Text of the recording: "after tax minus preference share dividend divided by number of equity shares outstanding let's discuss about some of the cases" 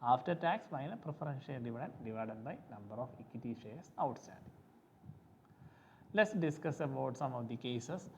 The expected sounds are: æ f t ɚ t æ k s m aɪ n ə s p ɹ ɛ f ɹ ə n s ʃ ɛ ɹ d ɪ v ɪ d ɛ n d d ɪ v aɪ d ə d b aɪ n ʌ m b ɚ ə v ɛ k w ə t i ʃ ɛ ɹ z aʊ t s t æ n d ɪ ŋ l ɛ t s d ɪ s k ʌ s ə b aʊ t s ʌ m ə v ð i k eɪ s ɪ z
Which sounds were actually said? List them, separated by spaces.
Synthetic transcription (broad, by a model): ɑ f t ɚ t æ k s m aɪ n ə p ɹ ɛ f ɹ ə n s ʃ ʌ l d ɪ v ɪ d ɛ n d d ɪ v aɪ d ə d b aɪ n ʌ m b ɚ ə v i k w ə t i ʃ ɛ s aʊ t s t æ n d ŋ l ɛ t s d ɪ s k ʌ s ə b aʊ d s ʌ m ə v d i k eɪ s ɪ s